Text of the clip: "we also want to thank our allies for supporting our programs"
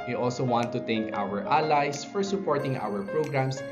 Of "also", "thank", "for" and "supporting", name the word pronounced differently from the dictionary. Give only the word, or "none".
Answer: thank